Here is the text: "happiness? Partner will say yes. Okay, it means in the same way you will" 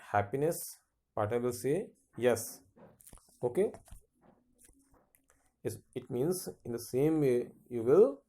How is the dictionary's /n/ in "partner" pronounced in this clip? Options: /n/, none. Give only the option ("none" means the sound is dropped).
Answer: none